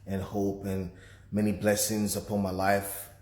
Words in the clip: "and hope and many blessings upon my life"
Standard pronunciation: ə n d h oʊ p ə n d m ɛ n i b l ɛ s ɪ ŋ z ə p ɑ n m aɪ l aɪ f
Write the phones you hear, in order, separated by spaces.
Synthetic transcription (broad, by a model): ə n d h oʊ p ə n m ɛ n i b l ɛ s ɪ ŋ z ə p ɑ n m aɪ l aɪ f